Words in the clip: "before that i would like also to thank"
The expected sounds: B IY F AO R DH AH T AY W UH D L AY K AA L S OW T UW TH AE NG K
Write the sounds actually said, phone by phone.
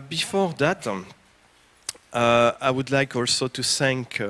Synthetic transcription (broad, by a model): B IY F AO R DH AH T AY W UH D L AY K AA L S OW T UW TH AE NG K